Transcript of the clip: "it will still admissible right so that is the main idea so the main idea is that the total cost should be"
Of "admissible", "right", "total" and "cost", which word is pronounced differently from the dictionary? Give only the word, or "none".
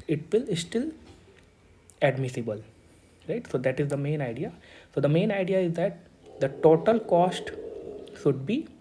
none